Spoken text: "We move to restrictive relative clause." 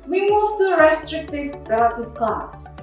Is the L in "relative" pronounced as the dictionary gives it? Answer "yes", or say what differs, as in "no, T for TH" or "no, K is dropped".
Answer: yes